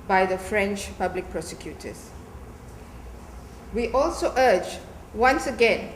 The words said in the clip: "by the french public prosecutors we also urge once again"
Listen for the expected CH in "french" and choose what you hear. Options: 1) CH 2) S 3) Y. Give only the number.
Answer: 1